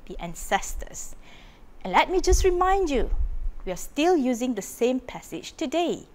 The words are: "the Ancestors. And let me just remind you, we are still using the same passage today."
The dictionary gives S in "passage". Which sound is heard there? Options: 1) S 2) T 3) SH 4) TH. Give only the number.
1